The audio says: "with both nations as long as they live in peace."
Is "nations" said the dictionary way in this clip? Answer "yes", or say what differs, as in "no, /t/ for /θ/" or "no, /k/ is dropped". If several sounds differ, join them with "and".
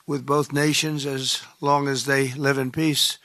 yes